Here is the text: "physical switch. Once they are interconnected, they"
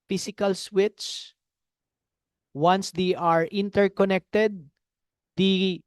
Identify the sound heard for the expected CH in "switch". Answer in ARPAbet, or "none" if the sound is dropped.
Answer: S